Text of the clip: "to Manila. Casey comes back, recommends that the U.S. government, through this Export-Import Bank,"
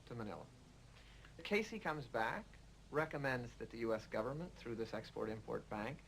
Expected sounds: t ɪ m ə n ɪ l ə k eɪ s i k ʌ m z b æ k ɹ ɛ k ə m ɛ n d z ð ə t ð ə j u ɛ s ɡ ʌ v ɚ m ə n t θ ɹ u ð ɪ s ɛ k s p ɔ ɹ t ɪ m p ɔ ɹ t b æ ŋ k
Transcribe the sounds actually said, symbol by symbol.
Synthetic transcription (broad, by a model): t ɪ m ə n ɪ l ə k eɪ s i k ʌ m z b æ k ɹ ɛ k ə m ɛ n d z ð ə t ð ə j u ɛ s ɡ ʌ v ɚ m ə n θ ɹ u ð ɪ s ɛ k s p ɔ ɹ t ɪ m p ɔ ɹ t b æ ŋ k